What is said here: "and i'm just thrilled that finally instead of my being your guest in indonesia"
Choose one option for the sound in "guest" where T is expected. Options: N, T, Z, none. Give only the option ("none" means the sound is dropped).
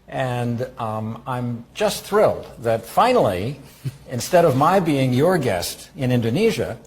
T